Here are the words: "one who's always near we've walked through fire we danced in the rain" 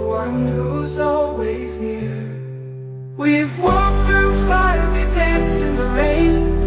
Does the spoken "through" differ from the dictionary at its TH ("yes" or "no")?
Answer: no